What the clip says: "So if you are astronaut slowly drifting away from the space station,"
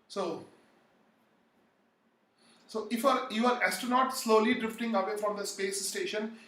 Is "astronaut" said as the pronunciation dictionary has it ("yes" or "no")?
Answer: no